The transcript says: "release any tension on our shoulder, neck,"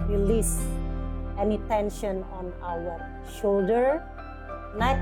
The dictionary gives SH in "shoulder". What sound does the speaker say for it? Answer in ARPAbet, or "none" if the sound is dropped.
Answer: SH